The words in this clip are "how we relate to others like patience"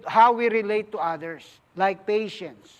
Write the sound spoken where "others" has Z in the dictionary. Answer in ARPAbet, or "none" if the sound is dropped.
S